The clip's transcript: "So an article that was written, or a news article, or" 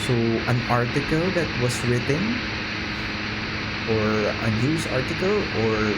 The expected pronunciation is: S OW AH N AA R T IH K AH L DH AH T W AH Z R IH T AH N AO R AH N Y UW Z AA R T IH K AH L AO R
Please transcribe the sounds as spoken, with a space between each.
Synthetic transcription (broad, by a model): S OW AH N AA R T IH K AH L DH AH T W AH S R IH T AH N AO R AH N Y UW S AA R T IH K AH L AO R